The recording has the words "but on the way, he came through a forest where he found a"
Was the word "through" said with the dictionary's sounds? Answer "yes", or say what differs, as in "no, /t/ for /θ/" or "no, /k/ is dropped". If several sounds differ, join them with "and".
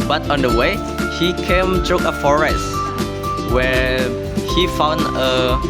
no, /t/ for /θ/